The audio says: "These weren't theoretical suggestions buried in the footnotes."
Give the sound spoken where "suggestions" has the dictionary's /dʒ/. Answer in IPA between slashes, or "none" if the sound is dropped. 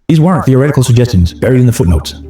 /dʒ/